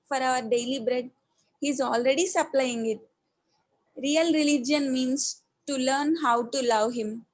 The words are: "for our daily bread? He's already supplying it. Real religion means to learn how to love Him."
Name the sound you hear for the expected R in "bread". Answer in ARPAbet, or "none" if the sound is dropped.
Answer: R